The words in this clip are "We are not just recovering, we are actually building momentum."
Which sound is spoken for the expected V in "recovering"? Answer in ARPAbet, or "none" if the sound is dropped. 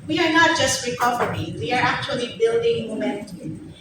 P